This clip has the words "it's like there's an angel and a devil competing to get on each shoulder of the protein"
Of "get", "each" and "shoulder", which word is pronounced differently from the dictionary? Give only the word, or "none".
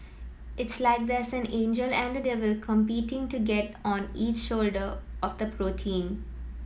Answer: none